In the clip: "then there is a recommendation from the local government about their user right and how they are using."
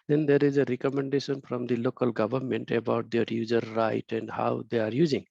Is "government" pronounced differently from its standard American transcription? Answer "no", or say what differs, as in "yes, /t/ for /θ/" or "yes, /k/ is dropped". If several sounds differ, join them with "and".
no